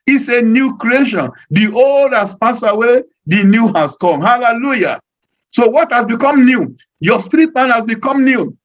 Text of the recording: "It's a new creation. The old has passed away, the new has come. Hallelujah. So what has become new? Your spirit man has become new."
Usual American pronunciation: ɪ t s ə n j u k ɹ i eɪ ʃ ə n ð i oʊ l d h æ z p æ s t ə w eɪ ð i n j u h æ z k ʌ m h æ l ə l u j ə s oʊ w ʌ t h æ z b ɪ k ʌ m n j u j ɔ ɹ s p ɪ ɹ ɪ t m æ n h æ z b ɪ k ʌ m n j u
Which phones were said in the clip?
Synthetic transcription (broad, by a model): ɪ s ə n j u k ɹ i eɪ ʃ ə n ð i oʊ l d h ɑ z p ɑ s ə w eɪ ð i n j u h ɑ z k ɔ m h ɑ l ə l u j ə s oʊ w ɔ t h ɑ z b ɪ k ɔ m n j u j ɔ s p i ɹ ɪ t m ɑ n h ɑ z b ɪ k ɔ m n j u